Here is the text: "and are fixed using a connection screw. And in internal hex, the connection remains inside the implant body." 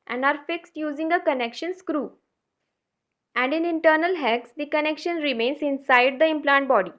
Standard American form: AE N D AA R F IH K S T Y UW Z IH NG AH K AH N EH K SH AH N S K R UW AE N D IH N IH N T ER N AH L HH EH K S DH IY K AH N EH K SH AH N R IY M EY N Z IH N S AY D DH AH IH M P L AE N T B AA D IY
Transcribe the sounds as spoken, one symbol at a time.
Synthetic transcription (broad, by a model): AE N D AA R F IH K S T Y UW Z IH NG AH K AH N EH K SH AH N S K R UW AE N D IH N IH N T ER N AH L HH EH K S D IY K AH N EH K SH AH N R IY M EY N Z IH N S AY D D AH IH M P L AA N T B AA D IY